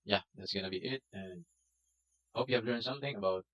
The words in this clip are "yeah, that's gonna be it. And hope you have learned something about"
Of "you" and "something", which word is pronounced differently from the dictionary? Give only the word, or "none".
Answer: none